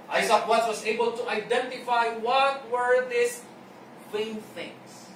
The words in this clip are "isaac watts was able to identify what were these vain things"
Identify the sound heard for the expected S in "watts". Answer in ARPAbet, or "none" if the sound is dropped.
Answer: none